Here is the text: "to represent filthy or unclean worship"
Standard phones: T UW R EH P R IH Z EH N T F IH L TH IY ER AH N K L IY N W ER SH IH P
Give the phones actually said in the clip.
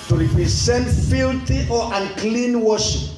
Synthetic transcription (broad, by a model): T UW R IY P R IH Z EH N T F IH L T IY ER AH N K L IY N W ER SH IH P